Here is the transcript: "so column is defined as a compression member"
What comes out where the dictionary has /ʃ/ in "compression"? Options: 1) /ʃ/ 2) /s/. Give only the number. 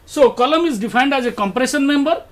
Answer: 2